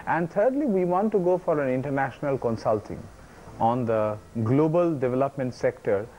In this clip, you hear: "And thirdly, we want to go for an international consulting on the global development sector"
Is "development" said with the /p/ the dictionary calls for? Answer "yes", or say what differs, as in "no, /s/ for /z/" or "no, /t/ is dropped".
yes